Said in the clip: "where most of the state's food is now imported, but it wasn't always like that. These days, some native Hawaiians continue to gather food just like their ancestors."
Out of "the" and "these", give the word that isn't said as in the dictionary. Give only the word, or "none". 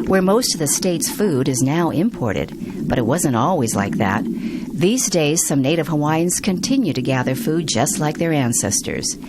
none